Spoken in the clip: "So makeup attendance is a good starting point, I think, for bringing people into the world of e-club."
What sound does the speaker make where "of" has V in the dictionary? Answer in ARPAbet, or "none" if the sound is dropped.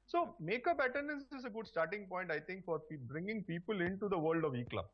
V